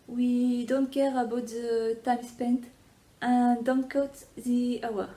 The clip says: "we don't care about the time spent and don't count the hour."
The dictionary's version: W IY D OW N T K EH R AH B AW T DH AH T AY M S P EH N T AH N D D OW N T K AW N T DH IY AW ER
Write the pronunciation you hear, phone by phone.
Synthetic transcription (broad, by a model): W IY D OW N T K EH R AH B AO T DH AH T AY M S P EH N T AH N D D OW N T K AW T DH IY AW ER